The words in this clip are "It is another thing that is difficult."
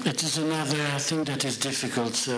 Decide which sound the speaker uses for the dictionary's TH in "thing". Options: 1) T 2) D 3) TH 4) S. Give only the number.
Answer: 3